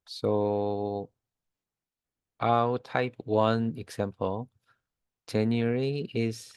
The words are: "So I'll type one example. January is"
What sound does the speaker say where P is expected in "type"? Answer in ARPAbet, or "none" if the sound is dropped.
P